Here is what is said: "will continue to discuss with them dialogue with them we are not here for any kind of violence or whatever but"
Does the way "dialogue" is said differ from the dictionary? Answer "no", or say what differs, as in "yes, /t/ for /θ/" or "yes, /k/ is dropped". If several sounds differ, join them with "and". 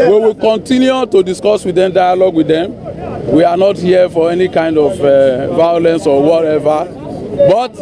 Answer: no